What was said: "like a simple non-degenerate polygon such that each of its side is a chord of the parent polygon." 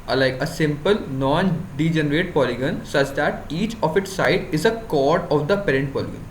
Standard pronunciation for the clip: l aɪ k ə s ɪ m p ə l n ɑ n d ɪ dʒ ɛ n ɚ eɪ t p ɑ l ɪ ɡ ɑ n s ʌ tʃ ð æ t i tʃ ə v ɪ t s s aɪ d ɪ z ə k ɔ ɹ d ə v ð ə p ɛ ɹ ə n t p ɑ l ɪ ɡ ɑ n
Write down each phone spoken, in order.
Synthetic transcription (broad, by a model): l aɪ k ə s ɪ m p ə l n ɑ n d ɪ dʒ ɛ n ɚ eɪ t p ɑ l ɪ ɡ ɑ n s ʌ tʃ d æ t i tʃ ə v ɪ t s s aɪ d ɪ z ə k ɔ ɹ d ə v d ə p ɛ ɹ ə n t p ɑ l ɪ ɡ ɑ n